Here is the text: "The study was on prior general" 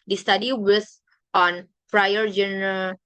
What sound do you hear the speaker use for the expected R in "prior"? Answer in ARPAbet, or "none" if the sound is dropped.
R